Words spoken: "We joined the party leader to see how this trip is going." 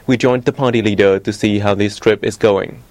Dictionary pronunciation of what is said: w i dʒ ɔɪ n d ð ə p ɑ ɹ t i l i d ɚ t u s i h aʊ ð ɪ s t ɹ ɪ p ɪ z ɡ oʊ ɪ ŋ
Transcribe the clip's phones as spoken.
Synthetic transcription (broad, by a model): w i dʒ ɔɪ n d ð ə p ɑ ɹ t i l i d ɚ t u s i h aʊ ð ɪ s t ɹ ɪ p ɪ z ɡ oʊ ɪ ŋ